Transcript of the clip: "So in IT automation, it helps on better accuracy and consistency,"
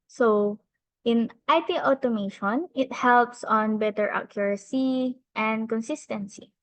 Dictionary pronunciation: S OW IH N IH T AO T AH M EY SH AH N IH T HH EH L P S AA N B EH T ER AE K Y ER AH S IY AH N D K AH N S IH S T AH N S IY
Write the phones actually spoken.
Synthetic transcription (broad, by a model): S OW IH N IH T AO T AH M EY SH AH N IH T HH EH L P S AA N B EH T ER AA K Y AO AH S IY AH N D K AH N S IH S T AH N S IY